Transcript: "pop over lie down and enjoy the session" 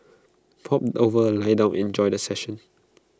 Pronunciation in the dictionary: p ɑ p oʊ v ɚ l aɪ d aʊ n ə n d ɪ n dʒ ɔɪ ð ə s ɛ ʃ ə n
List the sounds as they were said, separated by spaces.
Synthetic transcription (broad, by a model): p ɑ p oʊ v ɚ l aɪ d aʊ ə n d ɪ n dʒ ɔɪ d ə s ɛ ʃ ə n